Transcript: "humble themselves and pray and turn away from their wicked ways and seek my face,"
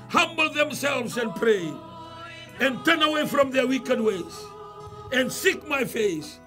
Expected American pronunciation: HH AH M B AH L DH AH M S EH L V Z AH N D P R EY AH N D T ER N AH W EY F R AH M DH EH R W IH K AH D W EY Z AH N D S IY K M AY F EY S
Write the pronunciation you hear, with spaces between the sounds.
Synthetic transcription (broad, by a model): HH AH M B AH L DH AH M S EH L V Z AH N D P R EY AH N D T ER N AH W EY F R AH M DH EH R W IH K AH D W EY Z AH N D S IY K M AY F EY S